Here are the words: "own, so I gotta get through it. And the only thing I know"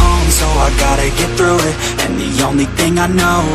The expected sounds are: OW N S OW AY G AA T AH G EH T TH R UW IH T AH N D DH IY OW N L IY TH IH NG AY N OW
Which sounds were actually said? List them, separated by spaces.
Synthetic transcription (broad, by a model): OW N S OW AY G AA T AH G EH T TH R UW IH T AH N DH IY OW N L IY TH IH NG AY N OW